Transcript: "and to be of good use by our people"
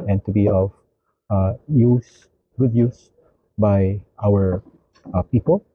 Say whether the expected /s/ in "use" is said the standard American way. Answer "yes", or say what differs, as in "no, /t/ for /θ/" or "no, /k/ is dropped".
yes